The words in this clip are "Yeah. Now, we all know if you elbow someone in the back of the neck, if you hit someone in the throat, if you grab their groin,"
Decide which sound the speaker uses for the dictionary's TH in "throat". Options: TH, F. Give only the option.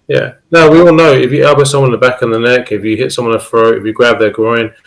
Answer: F